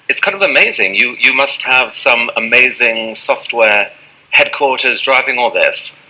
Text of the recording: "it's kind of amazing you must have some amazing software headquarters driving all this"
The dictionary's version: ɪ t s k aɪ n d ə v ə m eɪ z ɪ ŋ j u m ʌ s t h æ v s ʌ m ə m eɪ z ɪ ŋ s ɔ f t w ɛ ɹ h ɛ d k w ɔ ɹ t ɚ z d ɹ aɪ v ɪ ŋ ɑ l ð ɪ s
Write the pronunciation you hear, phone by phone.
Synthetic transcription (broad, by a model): ɪ t s k aɪ n d ə v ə m eɪ z ɪ ŋ j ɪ m ʌ s t h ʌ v s ʌ m ə m eɪ z ɪ ŋ s ɔ f t w ɛ ɹ h ɛ d k w ɔ ɹ t ɚ z d ɹ aɪ v ɪ ŋ ɑ l ð ɪ s